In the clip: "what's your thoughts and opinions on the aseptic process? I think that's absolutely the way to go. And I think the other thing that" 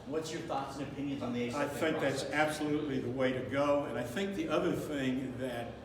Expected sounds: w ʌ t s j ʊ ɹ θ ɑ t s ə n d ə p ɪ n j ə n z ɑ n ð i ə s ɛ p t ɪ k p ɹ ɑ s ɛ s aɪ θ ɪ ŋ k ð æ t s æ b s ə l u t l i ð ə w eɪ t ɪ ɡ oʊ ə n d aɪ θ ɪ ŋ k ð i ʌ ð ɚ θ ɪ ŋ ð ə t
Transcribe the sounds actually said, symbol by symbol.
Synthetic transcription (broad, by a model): w ʌ t s j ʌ ɹ θ ɑ t s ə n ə p ɪ n j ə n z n ð i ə ɑ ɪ θ ɪ ŋ k ð æ t s æ b s ə l u t l i ð ə w eɪ t ɪ ɡ oʊ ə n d aɪ θ ɪ ŋ k ð i ʌ ð ɚ θ ɪ ŋ ð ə t